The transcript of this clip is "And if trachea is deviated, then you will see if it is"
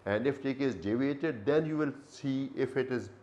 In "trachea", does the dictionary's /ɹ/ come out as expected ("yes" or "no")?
no